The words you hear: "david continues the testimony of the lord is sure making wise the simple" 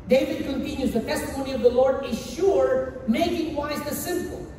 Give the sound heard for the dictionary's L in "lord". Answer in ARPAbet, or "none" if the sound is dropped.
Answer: L